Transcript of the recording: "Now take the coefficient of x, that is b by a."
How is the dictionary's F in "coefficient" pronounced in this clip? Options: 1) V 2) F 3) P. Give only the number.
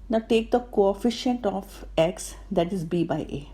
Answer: 2